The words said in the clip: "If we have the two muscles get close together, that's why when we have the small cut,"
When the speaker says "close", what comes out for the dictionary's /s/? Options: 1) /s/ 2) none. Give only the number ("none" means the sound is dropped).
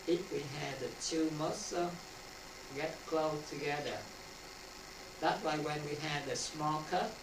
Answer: 2